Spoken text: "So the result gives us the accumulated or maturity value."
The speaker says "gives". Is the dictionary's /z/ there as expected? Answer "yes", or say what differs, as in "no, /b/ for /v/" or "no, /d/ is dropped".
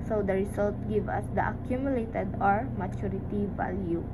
no, /z/ is dropped